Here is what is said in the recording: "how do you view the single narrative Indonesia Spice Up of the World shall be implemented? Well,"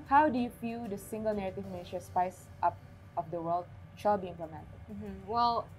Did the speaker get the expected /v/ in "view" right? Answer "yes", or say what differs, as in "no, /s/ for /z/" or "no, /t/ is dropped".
no, /f/ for /v/